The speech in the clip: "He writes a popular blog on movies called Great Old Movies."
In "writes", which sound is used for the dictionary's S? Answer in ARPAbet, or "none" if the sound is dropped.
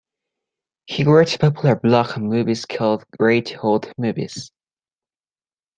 none